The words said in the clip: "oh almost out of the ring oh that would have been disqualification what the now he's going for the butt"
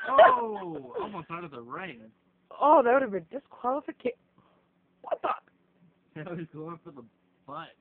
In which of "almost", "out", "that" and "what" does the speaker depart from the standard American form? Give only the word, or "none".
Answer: none